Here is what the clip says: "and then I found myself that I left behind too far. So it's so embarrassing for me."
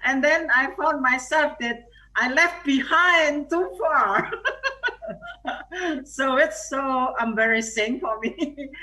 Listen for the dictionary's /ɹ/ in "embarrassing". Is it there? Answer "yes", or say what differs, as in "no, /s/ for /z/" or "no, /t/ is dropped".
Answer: yes